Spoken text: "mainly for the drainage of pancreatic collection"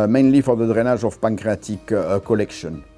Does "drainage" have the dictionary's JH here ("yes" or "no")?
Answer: no